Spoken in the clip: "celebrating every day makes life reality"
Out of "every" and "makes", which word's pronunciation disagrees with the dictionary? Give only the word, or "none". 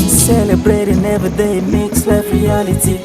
every